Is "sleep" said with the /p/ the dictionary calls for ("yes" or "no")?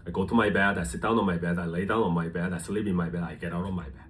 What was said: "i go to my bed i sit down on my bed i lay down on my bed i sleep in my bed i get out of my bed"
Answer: no